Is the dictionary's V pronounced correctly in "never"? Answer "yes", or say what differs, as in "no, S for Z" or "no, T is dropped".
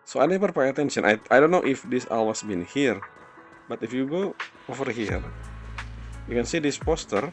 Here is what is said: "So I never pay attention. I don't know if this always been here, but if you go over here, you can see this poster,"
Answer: no, P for V